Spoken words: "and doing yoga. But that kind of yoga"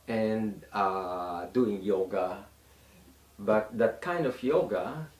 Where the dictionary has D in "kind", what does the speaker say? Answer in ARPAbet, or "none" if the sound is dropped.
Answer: D